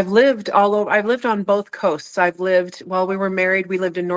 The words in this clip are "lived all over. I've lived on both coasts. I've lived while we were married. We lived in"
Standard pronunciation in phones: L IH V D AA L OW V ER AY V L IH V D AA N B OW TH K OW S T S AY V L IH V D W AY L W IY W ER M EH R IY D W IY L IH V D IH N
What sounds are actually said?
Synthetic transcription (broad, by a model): L IH V D AA L OW V ER AY V L IH V D N B OW TH K OW S T S AY V L IH V D W AY L W IY W ER M EH R IY D W IY L IH V D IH N